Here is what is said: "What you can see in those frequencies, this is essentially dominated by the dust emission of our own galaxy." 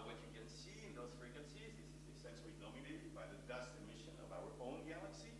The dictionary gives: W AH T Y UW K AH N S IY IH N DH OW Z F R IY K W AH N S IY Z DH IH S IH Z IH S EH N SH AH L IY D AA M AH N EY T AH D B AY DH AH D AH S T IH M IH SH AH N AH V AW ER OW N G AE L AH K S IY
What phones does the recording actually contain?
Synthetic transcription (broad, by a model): W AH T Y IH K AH N S IY IH N DH OW Z F R IY K W AH N S IY Z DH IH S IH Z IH S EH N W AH N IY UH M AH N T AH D B AY DH AH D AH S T IH M IH SH AH N AH V AW ER OW N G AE L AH K S IY